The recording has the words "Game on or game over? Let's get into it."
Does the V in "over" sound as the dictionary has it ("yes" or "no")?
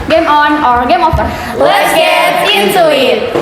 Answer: no